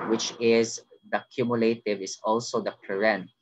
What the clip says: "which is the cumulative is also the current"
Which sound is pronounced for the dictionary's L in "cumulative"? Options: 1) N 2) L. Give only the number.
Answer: 2